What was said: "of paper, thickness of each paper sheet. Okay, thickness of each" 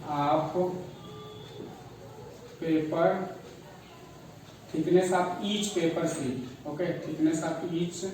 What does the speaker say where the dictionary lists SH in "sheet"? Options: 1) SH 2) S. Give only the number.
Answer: 2